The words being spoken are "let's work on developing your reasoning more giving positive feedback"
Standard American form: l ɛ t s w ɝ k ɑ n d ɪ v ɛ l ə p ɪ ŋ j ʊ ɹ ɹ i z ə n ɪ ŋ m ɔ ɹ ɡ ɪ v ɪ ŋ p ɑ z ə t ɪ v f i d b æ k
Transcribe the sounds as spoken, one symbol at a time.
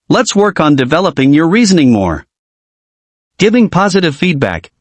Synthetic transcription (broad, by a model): l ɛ t s w ɝ k n d ɪ v ɛ l ə p ɪ ŋ j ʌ ɹ ɹ i z ə n ɪ ŋ m ɔ ɹ ɡ ɪ v ɪ ŋ p ɑ z ə t ɪ v f i d b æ k